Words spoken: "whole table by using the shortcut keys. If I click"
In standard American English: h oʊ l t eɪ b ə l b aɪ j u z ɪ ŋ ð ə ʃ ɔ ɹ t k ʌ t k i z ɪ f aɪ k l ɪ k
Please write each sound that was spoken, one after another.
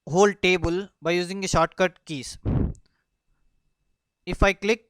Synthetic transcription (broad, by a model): h oʊ l t eɪ b ə l b aɪ j u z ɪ ŋ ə ʃ ɔ ɹ t k ʌ t k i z ɪ f aɪ k l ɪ k